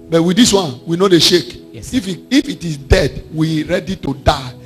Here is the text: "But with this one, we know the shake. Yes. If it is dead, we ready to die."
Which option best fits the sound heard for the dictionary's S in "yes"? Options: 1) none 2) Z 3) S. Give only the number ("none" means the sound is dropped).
1